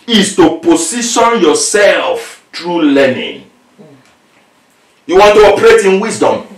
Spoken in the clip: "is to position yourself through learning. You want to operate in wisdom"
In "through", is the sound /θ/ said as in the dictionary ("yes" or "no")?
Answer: no